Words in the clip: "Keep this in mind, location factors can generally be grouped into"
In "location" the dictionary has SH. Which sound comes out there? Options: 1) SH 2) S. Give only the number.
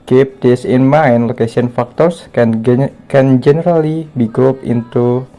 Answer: 2